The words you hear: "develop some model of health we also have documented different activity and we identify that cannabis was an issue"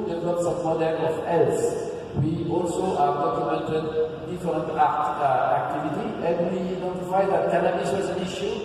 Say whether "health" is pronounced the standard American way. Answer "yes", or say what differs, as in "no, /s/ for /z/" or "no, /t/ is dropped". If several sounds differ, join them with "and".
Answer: no, /s/ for /θ/